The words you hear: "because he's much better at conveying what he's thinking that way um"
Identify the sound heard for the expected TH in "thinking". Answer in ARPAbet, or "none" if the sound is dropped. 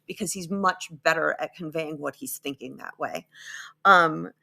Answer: TH